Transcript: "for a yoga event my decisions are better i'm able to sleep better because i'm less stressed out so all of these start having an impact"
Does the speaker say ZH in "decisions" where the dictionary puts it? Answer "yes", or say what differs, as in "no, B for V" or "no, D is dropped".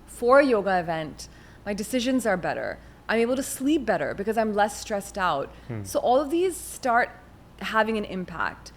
yes